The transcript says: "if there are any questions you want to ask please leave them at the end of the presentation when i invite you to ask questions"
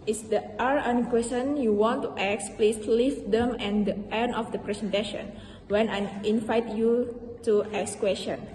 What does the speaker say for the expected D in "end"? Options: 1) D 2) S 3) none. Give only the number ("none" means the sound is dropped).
3